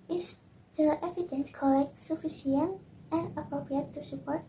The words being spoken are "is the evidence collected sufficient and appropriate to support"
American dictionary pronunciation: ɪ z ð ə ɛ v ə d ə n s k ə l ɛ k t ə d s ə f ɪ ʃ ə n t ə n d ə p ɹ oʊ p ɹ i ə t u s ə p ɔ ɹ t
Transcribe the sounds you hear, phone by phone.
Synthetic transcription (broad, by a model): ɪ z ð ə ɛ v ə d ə n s k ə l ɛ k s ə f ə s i ə n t ə n d ə p ɹ oʊ p ɹ i ə t u s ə p ɔ ɹ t